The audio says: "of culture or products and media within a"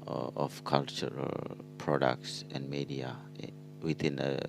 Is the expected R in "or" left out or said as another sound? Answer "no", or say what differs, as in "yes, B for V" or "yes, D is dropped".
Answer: yes, L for R